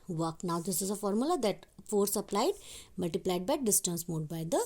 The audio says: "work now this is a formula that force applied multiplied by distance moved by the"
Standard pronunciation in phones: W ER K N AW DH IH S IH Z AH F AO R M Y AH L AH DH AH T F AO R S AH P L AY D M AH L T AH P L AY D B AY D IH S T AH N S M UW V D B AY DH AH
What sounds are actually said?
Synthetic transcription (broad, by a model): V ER K N AW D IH S IH Z AH F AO R M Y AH L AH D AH T F AO R S AH P L AY D M AH L T AH P L AY D B AY D IH S T AH N S M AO D B AY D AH